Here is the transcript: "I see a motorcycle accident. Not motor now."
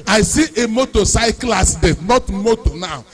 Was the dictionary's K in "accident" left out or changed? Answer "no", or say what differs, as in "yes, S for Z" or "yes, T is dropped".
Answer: yes, K is dropped